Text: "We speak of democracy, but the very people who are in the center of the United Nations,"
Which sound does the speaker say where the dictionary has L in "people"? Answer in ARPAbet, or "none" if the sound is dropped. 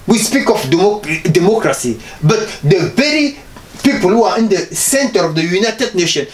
L